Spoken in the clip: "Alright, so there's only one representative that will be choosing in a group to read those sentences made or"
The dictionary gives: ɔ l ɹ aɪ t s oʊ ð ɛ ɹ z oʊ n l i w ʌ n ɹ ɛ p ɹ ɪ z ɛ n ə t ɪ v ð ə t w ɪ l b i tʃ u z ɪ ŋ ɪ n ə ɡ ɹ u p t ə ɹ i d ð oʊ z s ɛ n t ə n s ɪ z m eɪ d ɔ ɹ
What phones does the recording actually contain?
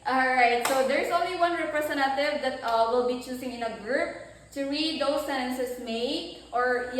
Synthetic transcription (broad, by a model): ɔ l ɹ aɪ t s oʊ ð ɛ ɹ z oʊ n l i w ʌ n ɹ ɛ p ɹ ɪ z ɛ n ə t ɪ v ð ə t w ɪ l b i tʃ u s ɪ ŋ ɪ n ə ɡ ɹ u p t ə ɹ i d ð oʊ s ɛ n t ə n s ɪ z m eɪ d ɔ ɹ